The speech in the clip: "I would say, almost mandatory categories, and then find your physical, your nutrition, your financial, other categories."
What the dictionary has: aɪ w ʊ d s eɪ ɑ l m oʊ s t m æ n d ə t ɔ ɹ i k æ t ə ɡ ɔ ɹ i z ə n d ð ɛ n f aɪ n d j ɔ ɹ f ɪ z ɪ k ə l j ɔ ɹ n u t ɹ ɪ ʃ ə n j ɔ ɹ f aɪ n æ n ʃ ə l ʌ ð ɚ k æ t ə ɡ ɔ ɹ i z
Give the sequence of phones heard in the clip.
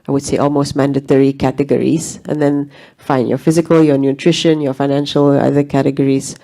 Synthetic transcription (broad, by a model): aɪ w ʊ d s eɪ ɑ l m oʊ s t m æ n d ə t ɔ ɹ i k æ t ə ɡ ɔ ɹ i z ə n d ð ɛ n f aɪ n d j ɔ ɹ f ɪ z ɪ k ə l j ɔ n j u t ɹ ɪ ʃ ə n j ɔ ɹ f aɪ n æ n ʃ ə l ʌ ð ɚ k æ t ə ɡ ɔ ɹ i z